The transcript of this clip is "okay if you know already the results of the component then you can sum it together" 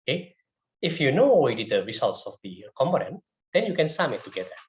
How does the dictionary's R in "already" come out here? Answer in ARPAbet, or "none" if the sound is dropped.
W